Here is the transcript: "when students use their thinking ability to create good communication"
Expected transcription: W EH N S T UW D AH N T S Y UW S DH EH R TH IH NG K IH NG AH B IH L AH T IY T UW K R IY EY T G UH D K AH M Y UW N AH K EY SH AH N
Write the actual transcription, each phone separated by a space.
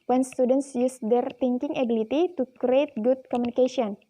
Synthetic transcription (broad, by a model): W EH N S T UW D AH N T S Y UW S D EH R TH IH NG K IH NG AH B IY L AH T IY T UW K R IY EY T G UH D K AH M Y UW N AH K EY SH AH N